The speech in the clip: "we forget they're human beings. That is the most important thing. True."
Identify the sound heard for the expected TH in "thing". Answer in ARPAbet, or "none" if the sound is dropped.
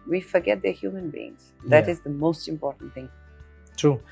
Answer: TH